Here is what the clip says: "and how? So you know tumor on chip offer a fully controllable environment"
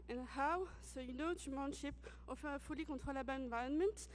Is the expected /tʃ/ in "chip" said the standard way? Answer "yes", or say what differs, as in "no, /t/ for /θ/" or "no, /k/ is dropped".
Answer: no, /ʃ/ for /tʃ/